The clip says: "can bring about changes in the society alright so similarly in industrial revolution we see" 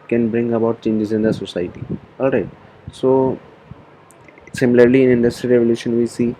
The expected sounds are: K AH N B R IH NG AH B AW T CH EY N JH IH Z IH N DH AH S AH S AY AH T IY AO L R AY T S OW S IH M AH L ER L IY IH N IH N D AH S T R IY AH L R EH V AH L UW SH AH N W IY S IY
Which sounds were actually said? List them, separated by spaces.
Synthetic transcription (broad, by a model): K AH N B R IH NG AH B AW T CH EY N JH IH Z IH N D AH S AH S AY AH T IY AO L R AY T S OW S IH M AH L ER L IY IH N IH N D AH S T R IY R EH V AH L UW SH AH N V IY S IY